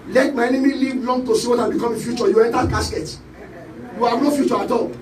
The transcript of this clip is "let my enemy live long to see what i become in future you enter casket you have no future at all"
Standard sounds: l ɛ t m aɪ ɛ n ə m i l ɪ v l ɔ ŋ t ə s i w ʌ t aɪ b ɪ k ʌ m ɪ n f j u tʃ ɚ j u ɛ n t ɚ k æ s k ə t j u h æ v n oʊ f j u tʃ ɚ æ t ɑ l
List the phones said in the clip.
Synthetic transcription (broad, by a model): l ɛ t m aɪ ɛ n ə m i l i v l ɔ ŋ t ə s i w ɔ t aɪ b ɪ k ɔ m ɪ n f j u tʃ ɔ j u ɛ n t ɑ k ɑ s k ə t j u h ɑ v n oʊ f j u tʃ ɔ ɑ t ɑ